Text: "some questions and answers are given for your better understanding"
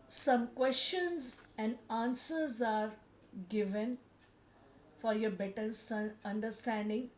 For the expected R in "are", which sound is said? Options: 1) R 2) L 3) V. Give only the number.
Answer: 1